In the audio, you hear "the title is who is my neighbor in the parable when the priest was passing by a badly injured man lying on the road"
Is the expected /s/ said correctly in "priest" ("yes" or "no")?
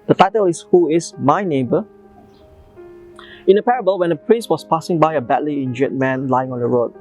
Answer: yes